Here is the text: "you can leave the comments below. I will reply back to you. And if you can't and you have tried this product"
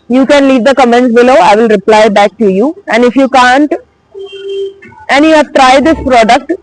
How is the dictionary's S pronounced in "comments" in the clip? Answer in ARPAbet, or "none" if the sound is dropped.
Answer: none